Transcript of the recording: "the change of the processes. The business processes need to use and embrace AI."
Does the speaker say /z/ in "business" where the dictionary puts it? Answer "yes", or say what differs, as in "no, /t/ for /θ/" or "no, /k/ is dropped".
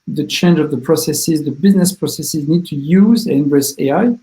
yes